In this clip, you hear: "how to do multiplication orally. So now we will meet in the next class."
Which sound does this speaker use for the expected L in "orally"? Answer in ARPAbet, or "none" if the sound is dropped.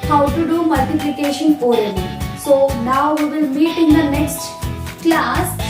N